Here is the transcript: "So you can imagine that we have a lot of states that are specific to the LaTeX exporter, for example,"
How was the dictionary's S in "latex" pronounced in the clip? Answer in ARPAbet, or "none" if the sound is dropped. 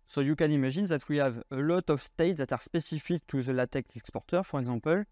none